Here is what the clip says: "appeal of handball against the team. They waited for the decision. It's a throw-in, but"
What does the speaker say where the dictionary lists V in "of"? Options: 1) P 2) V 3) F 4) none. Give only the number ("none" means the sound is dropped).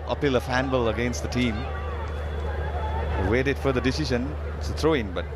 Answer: 3